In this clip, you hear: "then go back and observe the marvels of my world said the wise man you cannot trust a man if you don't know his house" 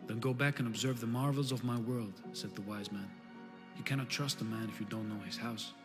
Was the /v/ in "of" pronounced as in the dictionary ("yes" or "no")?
yes